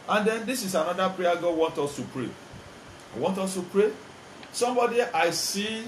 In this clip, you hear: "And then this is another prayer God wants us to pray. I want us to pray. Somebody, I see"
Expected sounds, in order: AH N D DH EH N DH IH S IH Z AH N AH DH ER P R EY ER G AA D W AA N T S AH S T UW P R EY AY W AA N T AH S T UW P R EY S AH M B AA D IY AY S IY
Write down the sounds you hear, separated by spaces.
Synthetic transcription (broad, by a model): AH N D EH N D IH S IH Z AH N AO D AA P R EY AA G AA W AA N T AO S T UW P R EY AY W AA N T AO S T UW P R EY S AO M B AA D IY AY S IY